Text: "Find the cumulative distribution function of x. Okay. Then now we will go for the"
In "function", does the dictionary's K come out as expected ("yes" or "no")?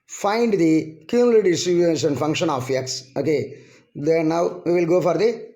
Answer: yes